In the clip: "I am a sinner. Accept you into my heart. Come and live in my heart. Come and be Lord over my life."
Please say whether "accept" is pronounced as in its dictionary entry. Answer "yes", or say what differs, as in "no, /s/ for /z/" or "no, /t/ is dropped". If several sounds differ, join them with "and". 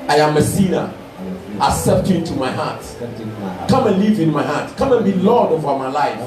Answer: no, /k/ is dropped